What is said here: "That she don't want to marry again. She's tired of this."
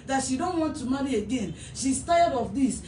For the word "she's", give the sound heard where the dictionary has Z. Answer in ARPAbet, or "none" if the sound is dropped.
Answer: S